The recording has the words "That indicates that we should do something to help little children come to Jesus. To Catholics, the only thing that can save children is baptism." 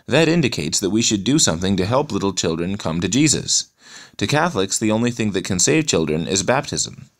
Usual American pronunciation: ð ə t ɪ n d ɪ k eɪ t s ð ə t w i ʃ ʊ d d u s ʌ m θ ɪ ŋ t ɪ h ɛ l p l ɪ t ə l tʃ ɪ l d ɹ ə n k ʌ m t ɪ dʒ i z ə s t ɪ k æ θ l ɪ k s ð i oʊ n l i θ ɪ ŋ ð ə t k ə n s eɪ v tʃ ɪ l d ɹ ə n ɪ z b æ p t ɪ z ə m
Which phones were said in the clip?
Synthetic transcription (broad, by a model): ð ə t ɪ n d ɪ k eɪ t s ð ə t w i ʃ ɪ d d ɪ s ʌ m θ ɪ ŋ t ɪ h ɛ l p l ɪ t l tʃ ɪ l d ɹ ə n k ʌ m t ɪ dʒ i z ə s t ɪ k æ θ l ɪ k s ð i oʊ n l i θ ɪ ŋ ð ə t k ə n s eɪ v tʃ ɪ l d ɹ ə n ɪ z b æ p t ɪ z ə m